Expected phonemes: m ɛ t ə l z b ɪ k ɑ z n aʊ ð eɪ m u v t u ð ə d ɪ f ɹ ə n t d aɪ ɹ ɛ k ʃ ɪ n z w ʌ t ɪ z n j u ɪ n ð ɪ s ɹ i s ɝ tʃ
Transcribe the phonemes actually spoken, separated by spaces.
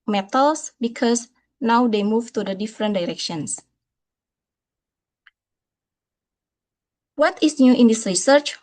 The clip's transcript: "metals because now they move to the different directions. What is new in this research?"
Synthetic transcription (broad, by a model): m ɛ t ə l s b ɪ k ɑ s n aʊ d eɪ m u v t u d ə d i f ɹ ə n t d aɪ ɹ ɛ k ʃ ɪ n s w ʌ t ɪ s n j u ɪ n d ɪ s ɹ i s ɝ tʃ